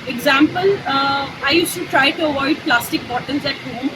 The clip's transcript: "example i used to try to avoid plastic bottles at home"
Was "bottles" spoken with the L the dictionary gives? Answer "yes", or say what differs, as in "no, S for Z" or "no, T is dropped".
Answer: no, N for L